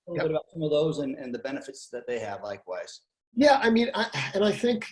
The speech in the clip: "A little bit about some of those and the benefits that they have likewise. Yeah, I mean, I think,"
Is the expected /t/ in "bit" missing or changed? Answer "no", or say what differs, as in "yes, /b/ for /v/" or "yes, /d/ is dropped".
yes, /t/ is dropped